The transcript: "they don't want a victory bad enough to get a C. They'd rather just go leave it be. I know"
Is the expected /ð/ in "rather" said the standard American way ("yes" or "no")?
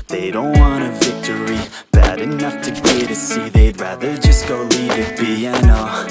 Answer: yes